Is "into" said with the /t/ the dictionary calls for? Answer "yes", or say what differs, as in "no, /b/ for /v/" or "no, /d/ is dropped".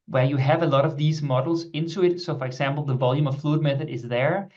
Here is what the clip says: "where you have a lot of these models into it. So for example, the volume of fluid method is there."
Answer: yes